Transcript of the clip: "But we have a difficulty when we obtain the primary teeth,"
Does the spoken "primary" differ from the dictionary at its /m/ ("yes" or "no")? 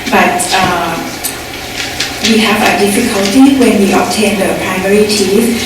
no